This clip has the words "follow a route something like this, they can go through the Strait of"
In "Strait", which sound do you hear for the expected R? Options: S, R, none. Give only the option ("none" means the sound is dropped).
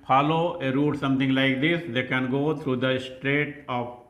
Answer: R